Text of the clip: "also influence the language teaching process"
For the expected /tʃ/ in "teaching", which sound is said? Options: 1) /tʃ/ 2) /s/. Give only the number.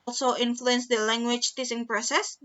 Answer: 2